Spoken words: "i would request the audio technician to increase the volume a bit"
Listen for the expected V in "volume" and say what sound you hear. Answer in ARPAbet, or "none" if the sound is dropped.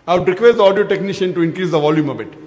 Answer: V